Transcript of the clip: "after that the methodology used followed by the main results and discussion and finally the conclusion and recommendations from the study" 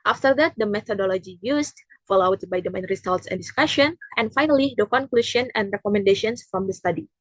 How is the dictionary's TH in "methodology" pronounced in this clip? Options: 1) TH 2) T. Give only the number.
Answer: 2